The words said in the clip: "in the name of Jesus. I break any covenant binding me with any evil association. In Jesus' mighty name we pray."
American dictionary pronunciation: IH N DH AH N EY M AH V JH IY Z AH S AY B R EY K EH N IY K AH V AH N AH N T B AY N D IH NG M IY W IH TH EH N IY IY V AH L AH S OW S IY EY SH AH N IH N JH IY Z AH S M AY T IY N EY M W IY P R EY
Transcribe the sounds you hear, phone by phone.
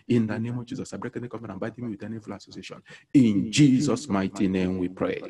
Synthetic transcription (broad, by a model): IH N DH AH N EY M AH V JH IY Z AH S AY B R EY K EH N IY K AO F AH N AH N B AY D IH M IY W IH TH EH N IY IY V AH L AH S OW S IY EY SH AH N IH N JH IY Z AH S M AY T IY N EY M W IY P R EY